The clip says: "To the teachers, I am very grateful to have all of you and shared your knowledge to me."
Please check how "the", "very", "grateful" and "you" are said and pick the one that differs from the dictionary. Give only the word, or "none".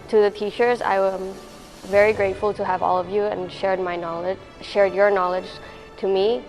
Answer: none